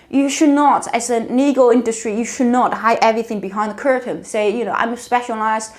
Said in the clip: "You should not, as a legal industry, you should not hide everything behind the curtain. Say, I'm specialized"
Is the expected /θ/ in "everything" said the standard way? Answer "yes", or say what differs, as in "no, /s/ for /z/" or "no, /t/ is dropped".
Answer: yes